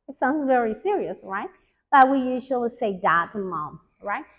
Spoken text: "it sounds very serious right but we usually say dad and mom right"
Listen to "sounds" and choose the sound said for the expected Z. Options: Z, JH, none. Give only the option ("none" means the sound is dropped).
Z